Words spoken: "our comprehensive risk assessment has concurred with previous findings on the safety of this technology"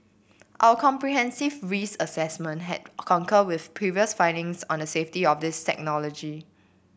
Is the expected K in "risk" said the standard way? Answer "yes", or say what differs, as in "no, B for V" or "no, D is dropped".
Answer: no, K is dropped